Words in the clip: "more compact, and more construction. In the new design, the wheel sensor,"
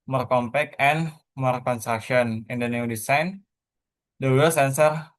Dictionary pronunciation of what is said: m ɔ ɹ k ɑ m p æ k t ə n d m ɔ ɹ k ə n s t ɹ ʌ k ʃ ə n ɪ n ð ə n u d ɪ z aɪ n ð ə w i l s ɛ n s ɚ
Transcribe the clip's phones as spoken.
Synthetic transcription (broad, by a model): m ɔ ɹ k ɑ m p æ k ə n m ɔ ɹ k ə n s t ɹ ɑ k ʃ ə n ɪ n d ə n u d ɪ s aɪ n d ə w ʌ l s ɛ n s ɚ